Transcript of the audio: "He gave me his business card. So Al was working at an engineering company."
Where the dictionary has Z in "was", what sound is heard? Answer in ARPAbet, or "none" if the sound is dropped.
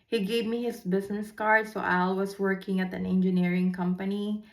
S